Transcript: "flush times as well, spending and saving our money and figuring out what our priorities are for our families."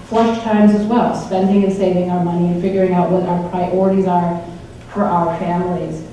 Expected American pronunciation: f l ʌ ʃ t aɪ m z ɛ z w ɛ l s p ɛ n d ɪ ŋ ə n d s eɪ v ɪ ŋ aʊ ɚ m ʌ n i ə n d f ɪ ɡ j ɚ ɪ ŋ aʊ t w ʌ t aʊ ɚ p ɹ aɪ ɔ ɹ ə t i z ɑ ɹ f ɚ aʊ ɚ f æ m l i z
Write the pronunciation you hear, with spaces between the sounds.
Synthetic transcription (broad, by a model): f l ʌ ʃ t aɪ m z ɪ z w ɛ l s p ɛ n d ɪ ŋ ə n s eɪ v ɪ ŋ aʊ ɚ m ʌ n i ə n f ɪ ɡ j ɚ ɪ ŋ aʊ t w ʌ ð aʊ ɚ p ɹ aɪ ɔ ɹ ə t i z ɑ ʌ f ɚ aʊ ɚ f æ m l i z